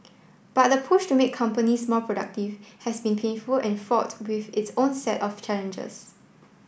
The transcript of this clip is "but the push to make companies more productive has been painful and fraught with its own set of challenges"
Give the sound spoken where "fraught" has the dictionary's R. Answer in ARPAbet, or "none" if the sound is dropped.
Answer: none